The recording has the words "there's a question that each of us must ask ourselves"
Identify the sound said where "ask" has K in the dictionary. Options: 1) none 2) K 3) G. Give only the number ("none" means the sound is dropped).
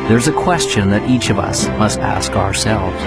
2